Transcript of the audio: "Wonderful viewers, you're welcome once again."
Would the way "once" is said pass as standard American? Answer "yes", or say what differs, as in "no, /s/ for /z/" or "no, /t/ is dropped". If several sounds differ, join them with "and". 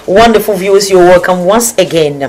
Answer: yes